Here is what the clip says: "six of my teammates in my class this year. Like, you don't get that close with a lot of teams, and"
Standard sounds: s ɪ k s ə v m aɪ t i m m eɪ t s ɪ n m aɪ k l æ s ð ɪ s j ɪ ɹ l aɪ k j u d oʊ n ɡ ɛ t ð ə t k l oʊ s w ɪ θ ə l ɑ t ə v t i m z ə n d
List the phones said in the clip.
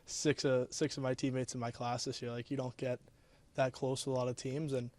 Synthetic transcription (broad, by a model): s ɪ k s ə v m aɪ t i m m eɪ t s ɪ n m aɪ k l æ s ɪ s j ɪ ɹ l aɪ k j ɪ d oʊ n ɡ ɛ t ð ə t k l oʊ s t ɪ ə l ɑ t ə v t i m z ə n